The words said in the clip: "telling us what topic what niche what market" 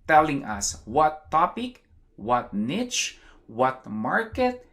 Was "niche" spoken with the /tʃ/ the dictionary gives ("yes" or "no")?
yes